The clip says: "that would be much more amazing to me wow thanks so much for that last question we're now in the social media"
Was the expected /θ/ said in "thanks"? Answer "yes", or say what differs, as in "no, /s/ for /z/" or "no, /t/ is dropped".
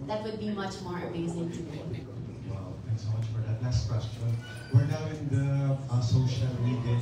no, /t/ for /θ/